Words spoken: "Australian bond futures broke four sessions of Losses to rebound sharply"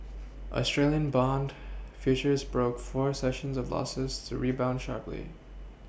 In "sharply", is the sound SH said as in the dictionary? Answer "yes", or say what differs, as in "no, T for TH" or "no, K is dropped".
yes